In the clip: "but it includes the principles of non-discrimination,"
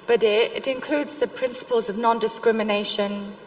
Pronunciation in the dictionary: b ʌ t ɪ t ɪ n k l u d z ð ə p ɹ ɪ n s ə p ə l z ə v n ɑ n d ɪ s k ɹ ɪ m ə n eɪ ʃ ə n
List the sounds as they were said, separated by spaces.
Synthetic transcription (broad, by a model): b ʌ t ɪ t ɪ n k l u d z ð ə p ɹ ɪ n s ə p ə l z ə v n ɑ n d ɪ s k ɹ ɪ m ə n eɪ ʃ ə n